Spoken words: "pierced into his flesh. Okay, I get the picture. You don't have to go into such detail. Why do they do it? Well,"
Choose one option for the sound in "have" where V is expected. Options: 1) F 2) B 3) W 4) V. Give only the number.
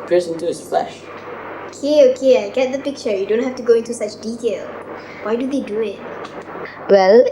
1